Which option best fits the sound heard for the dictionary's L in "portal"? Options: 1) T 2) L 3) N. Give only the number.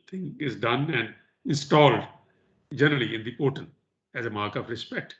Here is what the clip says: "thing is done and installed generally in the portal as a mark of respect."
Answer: 3